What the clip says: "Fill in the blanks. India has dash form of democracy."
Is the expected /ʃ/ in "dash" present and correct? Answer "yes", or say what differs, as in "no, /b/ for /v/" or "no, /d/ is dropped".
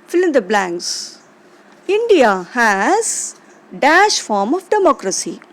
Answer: yes